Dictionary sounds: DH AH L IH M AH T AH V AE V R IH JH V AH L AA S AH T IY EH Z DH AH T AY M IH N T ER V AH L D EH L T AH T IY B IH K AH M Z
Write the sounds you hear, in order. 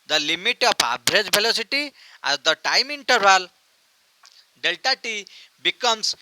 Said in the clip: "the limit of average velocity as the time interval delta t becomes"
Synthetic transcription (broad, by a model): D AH L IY M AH T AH P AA B R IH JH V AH L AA S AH T IY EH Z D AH T AY M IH N T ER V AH L D EH L T AH T IY B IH K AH M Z